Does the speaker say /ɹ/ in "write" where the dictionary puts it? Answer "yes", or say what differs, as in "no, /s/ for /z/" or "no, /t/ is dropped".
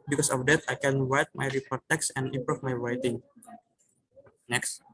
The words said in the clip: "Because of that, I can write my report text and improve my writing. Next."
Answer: no, /w/ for /ɹ/